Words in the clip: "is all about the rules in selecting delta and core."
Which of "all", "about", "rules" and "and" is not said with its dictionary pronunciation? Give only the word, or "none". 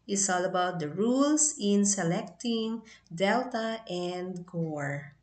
rules